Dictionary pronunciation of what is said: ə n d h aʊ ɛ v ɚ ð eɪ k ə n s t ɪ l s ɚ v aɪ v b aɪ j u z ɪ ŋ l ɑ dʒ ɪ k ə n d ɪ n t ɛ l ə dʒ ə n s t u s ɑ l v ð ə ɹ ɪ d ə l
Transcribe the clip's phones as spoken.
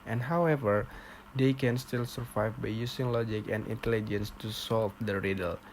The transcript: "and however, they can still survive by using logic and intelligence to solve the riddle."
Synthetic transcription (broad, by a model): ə n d h aʊ ɛ v ɚ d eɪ k ə n s t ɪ l s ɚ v aɪ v b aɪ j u s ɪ ŋ l ɑ dʒ ɪ k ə n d ɪ n t ɛ l ə dʒ ə n s t u s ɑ l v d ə ɹ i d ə l